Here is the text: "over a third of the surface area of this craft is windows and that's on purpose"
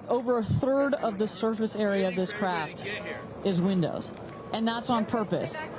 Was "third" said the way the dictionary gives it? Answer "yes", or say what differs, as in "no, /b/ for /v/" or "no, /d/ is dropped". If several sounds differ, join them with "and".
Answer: yes